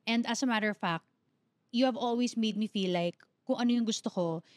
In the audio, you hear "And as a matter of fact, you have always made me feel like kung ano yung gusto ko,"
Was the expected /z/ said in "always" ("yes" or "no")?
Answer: no